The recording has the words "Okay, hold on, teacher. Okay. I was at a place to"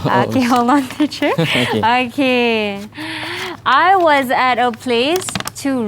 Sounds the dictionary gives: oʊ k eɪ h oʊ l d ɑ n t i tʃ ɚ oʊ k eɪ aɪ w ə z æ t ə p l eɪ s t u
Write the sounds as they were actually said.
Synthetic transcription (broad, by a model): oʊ k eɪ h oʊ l ɑ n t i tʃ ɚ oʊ k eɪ aɪ w ə z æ t ə p l eɪ s t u